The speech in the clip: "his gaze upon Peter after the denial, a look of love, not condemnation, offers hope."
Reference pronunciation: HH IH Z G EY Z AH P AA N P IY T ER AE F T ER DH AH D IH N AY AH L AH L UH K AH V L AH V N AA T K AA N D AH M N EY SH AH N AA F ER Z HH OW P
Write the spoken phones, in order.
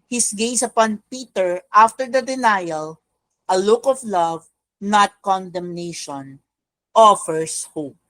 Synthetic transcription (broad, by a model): HH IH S G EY S AH P AA N P IY T ER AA F T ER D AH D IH N AY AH L AH L UH K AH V L AH V N AA T K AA N D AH M N EY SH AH N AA F ER S HH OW P